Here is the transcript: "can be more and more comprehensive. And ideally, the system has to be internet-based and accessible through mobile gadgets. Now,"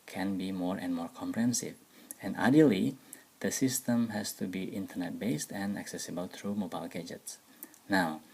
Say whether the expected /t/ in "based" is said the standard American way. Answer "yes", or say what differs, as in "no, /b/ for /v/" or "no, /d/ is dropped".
yes